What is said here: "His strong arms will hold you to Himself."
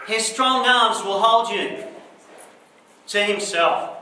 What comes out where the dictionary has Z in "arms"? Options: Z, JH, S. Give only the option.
Z